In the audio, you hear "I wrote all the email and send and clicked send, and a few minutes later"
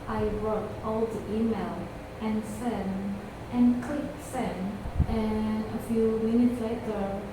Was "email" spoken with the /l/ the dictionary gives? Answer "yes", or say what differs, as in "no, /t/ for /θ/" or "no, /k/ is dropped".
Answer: yes